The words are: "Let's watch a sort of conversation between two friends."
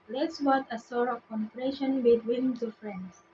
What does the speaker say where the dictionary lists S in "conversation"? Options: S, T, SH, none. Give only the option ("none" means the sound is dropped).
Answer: none